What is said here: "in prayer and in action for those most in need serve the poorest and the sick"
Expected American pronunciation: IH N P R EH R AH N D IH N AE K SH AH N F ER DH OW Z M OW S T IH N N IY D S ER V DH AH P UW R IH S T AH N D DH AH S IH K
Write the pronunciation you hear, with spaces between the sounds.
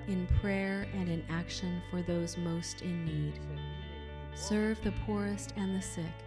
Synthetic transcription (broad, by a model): IH N P R EH R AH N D IH N AE K SH AH N F ER DH OW Z M OW S T IH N N IY D S ER V DH AH P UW R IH S T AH N DH AH S IH K